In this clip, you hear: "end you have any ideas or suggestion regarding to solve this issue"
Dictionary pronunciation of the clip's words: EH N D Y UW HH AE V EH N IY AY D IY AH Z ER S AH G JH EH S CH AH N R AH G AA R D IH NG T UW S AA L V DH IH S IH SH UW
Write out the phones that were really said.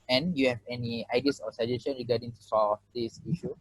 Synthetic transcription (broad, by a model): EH N Y UW HH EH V EH N IY AY D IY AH S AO S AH JH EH S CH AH N R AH G AA D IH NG T UW S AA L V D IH S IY SH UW